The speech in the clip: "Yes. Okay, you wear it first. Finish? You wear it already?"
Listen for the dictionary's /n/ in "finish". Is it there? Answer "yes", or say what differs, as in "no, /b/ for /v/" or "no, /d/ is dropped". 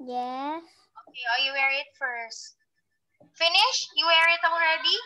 yes